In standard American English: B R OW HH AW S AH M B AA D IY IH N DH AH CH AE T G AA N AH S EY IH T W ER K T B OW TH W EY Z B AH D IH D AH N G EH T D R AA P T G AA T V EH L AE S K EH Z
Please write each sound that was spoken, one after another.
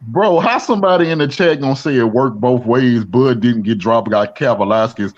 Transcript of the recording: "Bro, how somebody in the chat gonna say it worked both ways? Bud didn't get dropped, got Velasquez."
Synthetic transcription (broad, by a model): B R OW HH AW S AH M B AA D IY IH N DH AH CH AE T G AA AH S EY IH T W ER K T B OW TH W EY Z B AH D IH D N G EH T D R AA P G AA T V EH L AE S K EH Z